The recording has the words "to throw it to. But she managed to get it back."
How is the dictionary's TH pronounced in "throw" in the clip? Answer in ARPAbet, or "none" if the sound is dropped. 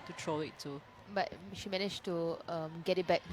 T